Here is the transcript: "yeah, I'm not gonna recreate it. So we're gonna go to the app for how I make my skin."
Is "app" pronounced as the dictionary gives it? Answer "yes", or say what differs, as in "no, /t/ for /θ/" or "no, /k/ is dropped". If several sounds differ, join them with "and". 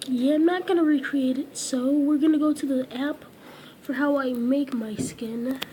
yes